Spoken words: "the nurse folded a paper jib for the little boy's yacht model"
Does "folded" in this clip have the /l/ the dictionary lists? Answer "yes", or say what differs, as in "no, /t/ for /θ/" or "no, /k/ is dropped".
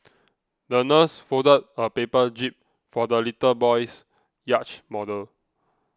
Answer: no, /l/ is dropped